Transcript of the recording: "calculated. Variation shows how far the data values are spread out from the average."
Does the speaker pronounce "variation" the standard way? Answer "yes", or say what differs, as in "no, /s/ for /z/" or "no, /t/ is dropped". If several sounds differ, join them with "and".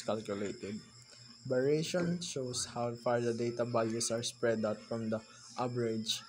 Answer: no, /b/ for /v/